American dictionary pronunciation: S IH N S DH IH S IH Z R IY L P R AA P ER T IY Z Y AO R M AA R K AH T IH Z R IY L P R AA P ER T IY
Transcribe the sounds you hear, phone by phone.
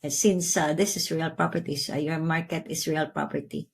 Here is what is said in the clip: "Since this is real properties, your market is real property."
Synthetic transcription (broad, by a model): S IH N S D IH S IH S R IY L P R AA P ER T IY S Y AO R M AA R K AH T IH S R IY L P R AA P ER T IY